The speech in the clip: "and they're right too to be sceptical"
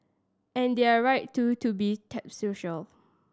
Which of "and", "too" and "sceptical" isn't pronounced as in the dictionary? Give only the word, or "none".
sceptical